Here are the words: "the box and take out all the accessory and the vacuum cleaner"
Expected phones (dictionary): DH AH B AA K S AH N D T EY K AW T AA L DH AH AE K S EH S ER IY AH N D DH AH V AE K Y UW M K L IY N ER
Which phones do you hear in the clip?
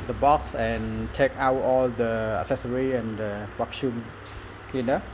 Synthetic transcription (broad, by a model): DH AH B AA K S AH N T EY K AW T AA L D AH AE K S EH S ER IY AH N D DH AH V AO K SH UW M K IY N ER